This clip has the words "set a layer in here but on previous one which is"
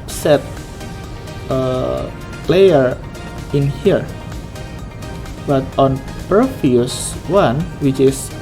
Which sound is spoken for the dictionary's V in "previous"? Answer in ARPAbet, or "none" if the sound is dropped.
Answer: F